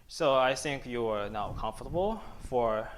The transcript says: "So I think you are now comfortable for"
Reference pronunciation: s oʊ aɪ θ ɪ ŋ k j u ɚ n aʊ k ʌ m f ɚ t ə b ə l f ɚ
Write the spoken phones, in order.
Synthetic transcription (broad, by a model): s oʊ aɪ θ ɪ ŋ k j u ɚ n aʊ k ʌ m f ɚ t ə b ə l f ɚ